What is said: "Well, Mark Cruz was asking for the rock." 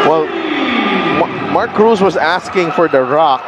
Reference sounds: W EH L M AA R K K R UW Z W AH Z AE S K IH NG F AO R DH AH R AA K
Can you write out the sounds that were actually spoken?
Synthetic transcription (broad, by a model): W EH L M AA R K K R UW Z W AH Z AE S K IH NG F AO R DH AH R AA K